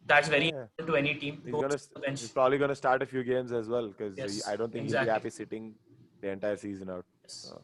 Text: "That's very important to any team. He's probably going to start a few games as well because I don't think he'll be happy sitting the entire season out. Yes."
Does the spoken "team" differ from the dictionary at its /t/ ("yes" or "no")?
yes